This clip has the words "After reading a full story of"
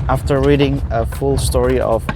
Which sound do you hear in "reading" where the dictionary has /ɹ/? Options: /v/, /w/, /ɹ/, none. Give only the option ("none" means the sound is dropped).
/ɹ/